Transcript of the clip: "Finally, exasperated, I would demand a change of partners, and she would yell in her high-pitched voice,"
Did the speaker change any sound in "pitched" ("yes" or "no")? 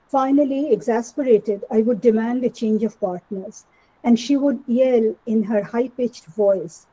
no